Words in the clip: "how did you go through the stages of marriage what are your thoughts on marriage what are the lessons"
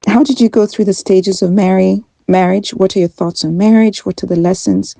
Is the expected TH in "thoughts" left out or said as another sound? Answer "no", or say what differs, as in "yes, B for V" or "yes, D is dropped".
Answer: no